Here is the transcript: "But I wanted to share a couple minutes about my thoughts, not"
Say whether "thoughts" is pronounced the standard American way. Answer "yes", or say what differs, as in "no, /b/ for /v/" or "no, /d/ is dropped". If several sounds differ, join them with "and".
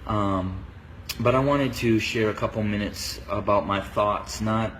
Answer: yes